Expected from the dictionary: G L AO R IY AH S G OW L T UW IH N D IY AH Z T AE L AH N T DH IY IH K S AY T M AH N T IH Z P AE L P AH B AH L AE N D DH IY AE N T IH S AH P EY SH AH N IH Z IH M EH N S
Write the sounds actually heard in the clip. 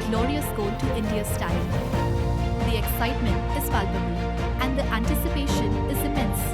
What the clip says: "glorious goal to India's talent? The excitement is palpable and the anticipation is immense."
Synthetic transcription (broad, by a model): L AO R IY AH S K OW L T UW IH N D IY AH S T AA AH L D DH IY IH K S AY T M AH N T IH Z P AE L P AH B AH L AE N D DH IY AE N T IH S AH P EY SH AH N IH Z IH M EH N S